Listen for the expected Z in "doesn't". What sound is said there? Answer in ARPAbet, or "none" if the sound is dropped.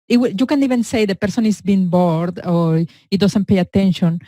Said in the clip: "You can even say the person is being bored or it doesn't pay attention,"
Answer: S